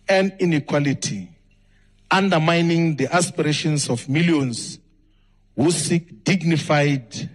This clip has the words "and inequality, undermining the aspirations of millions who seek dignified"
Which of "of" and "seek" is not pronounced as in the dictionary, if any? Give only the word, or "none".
of